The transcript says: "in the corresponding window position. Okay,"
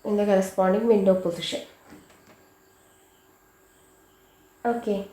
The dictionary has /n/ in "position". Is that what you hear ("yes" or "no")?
no